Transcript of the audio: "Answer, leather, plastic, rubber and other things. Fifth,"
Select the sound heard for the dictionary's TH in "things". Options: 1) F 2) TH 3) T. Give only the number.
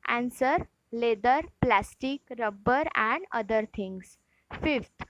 3